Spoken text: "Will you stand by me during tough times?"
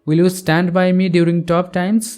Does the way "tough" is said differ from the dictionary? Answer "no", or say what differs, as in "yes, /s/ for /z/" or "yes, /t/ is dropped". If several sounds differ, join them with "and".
yes, /p/ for /f/